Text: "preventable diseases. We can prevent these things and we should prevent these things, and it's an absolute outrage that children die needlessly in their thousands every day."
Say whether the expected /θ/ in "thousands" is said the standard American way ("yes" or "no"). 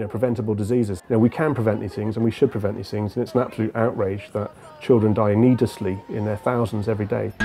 yes